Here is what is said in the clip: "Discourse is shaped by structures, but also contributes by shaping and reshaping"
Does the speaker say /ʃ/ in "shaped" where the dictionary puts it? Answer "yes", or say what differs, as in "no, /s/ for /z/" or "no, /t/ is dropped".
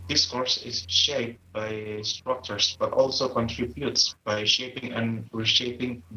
yes